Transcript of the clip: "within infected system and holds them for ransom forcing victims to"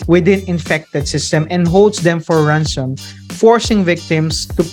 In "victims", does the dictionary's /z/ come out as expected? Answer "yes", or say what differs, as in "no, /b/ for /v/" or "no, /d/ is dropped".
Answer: no, /s/ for /z/